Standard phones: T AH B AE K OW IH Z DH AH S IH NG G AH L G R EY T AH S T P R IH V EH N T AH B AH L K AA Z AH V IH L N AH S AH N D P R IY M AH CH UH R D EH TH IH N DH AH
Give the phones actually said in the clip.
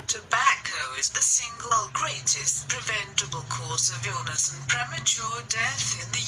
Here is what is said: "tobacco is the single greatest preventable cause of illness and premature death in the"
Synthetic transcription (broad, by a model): T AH B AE K OW IH Z DH AH S IH NG G AH L G R EY T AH S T P R IH V EH N T AH B AH L K AA S AH V IH L N AH S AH N P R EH M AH CH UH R D EH TH IH N DH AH